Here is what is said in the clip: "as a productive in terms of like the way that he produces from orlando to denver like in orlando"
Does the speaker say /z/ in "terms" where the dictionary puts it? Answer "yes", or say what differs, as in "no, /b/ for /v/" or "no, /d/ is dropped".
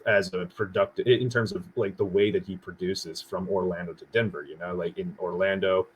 yes